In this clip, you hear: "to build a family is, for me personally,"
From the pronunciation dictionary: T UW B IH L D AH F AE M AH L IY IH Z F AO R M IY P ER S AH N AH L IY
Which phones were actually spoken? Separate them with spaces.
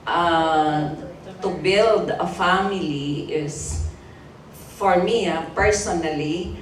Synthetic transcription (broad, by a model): T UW B IH L D AH F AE M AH L IY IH S F AO R M IY P ER S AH N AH L IY